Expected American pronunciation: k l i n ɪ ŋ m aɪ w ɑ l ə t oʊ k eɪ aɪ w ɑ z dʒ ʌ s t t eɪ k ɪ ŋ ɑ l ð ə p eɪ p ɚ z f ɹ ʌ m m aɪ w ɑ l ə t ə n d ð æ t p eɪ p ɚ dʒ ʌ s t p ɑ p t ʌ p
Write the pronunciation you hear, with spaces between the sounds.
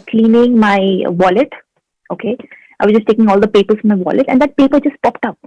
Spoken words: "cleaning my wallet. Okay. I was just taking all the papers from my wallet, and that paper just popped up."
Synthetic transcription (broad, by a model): k l i n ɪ ŋ m aɪ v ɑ l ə t oʊ k eɪ aɪ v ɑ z dʒ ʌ s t t eɪ k ɪ ŋ ɑ l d ə p eɪ p ɚ s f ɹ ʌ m m aɪ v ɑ l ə t ə n d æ t p eɪ p ɚ dʒ ʌ s t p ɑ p t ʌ p